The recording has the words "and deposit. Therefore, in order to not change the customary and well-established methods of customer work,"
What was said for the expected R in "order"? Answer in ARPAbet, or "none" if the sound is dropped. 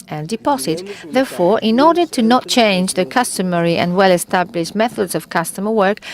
R